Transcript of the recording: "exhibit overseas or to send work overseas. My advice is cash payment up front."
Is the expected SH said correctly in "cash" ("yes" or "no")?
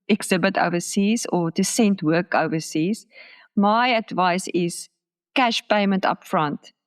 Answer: yes